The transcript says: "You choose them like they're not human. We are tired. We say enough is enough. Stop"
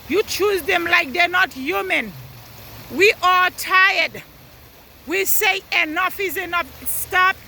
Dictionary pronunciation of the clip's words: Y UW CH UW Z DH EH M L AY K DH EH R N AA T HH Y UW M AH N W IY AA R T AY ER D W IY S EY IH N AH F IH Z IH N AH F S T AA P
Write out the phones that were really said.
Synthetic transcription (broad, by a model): Y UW CH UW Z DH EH M L AY K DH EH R N AA T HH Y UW M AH N W IY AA L T AY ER D W IY S EY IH N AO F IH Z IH N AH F S T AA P